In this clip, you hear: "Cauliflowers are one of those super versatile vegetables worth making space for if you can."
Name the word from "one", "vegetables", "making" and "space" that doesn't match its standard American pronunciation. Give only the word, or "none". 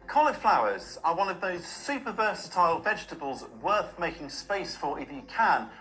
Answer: none